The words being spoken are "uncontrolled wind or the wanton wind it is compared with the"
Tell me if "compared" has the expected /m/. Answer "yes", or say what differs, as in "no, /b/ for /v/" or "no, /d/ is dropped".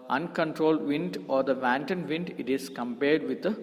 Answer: yes